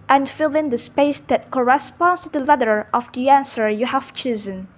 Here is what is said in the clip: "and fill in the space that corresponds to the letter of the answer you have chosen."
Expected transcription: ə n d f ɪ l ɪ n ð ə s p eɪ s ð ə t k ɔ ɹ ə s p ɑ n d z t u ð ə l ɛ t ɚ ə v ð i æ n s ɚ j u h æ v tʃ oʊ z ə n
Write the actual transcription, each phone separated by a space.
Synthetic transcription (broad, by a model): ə n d f ɪ l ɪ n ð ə s p eɪ s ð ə t k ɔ ɹ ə s p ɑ n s t u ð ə l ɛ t ɚ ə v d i æ n s ɚ j u h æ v tʃ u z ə n